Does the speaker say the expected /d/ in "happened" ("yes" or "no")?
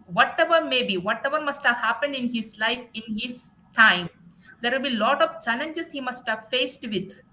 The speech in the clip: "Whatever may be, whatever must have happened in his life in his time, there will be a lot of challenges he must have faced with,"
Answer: yes